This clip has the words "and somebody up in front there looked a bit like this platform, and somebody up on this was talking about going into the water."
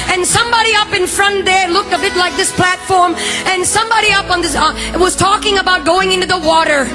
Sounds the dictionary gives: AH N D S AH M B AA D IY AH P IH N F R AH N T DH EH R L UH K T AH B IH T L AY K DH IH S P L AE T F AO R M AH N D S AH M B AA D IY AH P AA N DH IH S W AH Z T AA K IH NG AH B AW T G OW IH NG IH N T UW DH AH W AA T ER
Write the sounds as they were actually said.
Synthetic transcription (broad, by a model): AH N S AH M B AA D IY AH P IH N F R AH N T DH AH R L UH K T AH B IH T L AY K DH IH S P L AE T F AO R M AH N S AH M B AA D IY AH P N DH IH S W AH Z T AA K IH NG AH B AW T G OW IH NG IH N T UW DH AH W AA T ER